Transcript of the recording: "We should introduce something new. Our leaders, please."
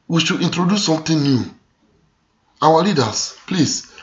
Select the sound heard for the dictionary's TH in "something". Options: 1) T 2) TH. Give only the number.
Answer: 1